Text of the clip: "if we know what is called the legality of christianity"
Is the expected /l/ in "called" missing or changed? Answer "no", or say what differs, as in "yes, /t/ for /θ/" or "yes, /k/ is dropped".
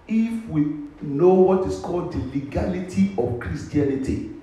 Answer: no